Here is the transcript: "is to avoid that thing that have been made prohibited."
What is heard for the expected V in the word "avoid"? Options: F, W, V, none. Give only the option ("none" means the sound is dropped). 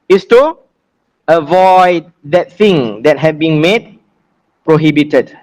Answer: V